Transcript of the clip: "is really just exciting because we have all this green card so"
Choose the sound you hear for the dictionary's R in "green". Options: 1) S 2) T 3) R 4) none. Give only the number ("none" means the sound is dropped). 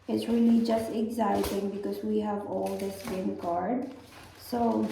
4